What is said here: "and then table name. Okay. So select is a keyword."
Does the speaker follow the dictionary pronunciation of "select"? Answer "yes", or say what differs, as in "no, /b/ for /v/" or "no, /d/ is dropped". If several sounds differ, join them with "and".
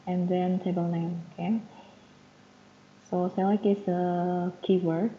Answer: no, /t/ is dropped